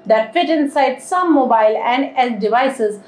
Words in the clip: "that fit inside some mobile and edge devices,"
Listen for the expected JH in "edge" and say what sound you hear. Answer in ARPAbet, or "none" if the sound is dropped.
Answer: Z